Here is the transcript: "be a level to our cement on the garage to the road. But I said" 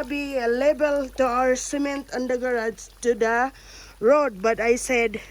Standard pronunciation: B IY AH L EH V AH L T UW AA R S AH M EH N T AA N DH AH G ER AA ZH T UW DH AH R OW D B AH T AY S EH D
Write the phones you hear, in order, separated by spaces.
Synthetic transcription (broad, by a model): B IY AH L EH B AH L T UW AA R S AH M EH N T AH N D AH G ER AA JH T UW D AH R OW D B AH T AY S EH D